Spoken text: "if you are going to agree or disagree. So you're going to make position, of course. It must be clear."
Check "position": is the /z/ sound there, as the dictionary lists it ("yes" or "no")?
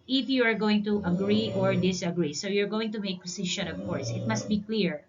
no